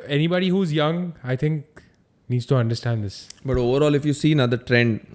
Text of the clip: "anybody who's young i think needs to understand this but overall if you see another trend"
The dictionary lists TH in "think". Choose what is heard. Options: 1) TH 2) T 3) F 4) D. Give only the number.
2